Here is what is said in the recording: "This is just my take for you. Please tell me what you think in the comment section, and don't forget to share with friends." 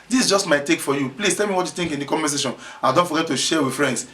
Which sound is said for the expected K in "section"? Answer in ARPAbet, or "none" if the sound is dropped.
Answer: none